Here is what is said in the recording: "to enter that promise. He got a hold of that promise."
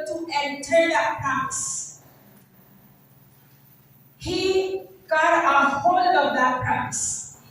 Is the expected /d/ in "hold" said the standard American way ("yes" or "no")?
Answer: no